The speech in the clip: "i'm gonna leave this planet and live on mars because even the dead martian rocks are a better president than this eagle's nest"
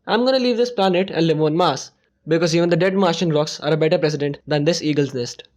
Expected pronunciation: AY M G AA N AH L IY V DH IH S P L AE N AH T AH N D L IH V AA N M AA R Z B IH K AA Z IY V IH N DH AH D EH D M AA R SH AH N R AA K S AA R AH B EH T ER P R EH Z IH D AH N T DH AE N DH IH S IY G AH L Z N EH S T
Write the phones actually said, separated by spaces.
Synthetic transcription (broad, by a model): AY M G AA N AH L IY V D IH S P L AE N AH T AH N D L IH V AA N M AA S B IH K AA Z IY V IH N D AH D EH D M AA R SH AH N R AA K S AA R AH B EH T ER P R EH S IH D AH N T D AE N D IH S IY G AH L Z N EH S T